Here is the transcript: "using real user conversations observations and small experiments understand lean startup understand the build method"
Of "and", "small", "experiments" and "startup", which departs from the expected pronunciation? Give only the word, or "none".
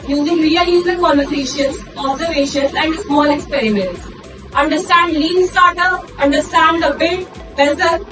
startup